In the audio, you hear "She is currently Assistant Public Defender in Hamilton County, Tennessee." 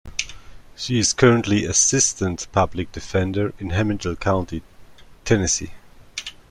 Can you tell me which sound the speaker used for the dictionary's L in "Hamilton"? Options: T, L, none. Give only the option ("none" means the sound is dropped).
none